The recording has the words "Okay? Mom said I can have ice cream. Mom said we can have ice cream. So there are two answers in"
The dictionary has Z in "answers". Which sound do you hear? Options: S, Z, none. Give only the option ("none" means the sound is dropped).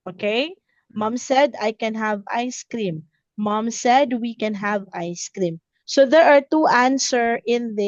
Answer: none